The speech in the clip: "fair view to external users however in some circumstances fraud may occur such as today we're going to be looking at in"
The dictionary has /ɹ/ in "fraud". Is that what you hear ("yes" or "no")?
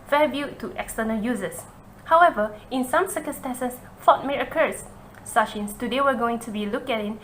no